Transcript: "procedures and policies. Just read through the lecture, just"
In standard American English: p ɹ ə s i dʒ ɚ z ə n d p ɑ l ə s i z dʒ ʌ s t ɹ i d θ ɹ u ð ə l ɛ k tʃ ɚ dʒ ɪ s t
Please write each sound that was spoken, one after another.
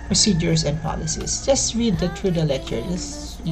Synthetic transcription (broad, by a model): p ɹ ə s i dʒ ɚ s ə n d p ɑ l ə s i s dʒ ʌ s t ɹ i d t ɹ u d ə l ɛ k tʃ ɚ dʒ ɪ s